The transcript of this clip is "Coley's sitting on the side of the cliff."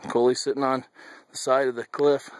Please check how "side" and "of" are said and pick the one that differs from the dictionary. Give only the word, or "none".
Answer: none